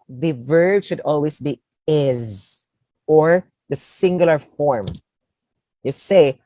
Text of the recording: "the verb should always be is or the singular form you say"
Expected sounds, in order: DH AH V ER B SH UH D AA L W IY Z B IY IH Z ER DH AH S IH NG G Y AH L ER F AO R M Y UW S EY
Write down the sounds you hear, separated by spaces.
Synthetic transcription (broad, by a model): DH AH V ER B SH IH D AA L W IY Z B IY IH Z ER DH AH S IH NG G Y L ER F AO R M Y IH S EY